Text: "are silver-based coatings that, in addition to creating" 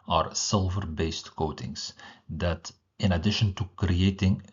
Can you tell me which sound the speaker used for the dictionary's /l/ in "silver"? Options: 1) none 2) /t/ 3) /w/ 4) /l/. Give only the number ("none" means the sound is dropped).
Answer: 4